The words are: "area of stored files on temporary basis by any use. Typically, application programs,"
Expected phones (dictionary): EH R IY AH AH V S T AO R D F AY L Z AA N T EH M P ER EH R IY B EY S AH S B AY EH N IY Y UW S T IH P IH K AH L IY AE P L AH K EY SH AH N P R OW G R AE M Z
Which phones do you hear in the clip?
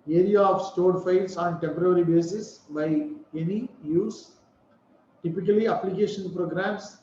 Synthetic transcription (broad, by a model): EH R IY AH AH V S T AO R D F AY L S AA N T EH M P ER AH R IY B EY S AH S B AY EH N IY Y UW S T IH P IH K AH L IY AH P L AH K EY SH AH N P R OW G R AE M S